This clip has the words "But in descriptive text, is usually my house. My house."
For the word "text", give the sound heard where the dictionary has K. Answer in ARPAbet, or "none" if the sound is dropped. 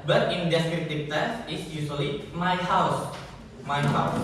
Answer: none